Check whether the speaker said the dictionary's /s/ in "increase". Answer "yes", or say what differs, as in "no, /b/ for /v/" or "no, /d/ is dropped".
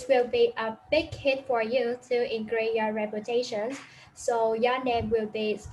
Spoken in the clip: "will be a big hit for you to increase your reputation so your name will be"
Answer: no, /s/ is dropped